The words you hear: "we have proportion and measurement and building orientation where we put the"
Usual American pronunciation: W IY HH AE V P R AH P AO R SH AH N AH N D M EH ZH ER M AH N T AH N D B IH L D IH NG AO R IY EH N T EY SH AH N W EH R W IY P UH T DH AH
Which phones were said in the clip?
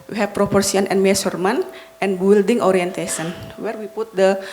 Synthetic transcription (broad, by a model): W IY HH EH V P R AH P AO R S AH N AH N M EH S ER M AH N T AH N B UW L D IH NG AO R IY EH N T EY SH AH N W EH R W IY P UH T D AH